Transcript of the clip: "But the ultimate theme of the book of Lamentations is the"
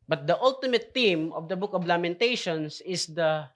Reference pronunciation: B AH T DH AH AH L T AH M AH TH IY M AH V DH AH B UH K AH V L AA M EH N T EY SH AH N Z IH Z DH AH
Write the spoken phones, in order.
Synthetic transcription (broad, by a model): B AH T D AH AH L T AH M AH T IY M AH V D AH B UH K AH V L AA M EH N T EY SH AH N S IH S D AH